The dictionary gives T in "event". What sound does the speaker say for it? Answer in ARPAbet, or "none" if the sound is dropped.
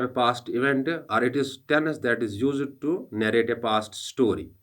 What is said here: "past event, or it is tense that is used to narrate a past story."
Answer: T